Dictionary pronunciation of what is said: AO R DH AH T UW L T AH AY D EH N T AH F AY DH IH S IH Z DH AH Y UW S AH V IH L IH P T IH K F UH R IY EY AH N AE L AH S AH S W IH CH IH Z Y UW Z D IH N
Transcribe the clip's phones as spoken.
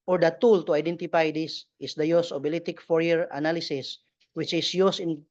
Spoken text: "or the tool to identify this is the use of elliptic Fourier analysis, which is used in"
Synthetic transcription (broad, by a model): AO R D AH T UW L T AH AY D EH N T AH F AY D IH S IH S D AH Y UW S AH B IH L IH T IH K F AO R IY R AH N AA L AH S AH S W IH CH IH S Y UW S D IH N